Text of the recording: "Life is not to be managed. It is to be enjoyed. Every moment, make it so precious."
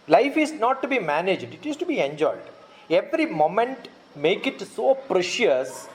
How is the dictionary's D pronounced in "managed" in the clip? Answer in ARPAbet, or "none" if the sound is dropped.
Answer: D